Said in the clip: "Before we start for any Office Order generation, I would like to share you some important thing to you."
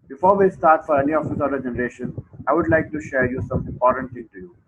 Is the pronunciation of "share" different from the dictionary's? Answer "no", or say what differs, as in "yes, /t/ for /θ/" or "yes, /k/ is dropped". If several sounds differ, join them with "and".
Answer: no